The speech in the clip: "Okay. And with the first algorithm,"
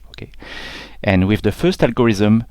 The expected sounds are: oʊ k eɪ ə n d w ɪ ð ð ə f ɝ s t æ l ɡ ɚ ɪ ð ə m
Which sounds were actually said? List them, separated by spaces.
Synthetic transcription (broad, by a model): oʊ k eɪ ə n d w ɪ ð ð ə f ɝ s t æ l ɡ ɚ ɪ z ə m